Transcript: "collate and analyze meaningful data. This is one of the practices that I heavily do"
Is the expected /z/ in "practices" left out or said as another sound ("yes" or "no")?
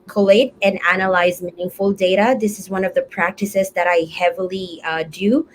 no